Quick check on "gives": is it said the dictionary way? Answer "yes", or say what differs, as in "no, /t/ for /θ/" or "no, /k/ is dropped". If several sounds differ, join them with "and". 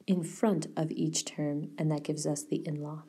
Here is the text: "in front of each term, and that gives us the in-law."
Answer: yes